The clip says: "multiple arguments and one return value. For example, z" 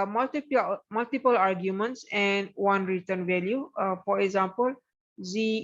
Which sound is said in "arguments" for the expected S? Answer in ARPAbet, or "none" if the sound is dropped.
S